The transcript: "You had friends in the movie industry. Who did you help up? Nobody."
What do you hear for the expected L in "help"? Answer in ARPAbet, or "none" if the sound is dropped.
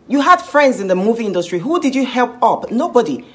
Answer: L